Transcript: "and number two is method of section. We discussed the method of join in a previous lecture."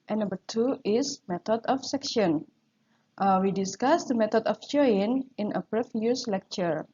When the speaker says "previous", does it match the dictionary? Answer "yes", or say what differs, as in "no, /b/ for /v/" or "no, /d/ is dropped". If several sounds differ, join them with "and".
no, /f/ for /v/